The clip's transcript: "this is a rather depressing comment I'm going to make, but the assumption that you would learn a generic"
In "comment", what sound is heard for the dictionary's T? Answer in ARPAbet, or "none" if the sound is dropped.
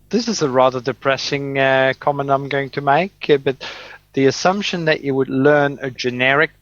none